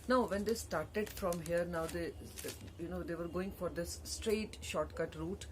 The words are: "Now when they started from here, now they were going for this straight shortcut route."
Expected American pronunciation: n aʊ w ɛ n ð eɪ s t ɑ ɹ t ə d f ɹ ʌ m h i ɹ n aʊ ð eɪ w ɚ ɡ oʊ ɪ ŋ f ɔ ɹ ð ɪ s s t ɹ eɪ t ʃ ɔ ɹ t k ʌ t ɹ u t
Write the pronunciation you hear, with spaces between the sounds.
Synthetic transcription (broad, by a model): n aʊ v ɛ n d eɪ s t ɑ ɹ t ə d f ɹ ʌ m h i ɹ n aʊ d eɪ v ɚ ɡ oʊ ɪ ŋ f ɔ ɹ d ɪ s s t ɹ eɪ t ʃ ɔ ɹ t k ʌ t ɹ u t